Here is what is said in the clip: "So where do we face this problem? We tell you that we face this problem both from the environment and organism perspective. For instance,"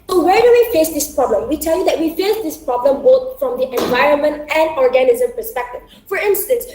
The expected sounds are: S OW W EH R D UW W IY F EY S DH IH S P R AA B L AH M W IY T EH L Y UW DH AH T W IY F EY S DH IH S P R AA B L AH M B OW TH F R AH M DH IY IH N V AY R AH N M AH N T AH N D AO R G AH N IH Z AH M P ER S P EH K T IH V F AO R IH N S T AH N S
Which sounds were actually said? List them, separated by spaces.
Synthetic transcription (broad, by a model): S OW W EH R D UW W IY F EY S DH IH S P R AA B L AH M W IY T EH L Y UW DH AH T W IY F EY S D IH S P R AA B L AH M B OW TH F R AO M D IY IH N V AY R AH N M AH N T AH N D AO R G AH N IH Z AH M P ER S P EH K T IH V F AO R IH N S T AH N S